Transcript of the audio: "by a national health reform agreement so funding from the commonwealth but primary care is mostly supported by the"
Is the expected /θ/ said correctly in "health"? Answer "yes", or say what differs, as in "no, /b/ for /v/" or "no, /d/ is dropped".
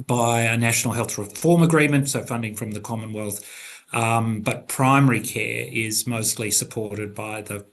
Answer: yes